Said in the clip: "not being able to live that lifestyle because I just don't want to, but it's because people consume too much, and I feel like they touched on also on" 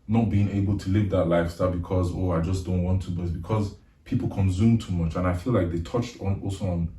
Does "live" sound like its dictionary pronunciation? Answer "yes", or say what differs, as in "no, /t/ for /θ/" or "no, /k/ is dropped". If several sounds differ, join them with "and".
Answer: yes